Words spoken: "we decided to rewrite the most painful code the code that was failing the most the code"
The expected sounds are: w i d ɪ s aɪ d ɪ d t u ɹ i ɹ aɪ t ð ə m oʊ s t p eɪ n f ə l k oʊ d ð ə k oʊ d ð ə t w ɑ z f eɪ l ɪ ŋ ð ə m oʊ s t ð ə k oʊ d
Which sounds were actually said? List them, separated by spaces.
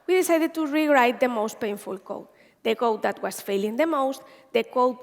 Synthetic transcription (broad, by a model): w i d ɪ s aɪ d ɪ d t u ɹ i ɹ aɪ t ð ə m oʊ s t p eɪ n f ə l k oʊ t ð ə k oʊ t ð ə t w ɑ s f eɪ l ɪ ŋ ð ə m oʊ s t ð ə k oʊ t